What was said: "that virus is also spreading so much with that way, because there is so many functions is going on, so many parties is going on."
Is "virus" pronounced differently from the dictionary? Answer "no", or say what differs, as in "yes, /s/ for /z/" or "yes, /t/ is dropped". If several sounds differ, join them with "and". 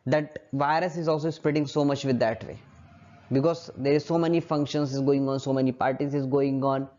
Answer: no